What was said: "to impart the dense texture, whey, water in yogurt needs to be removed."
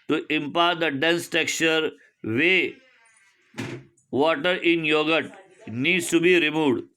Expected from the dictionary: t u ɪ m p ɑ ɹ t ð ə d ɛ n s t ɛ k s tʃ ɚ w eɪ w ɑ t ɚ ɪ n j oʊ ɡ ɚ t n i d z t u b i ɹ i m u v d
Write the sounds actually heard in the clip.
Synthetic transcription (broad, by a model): t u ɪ m p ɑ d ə d ɛ n s t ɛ k tʃ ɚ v eɪ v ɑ t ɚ ɪ n j oʊ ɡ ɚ t n i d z t u b i ɹ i m u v d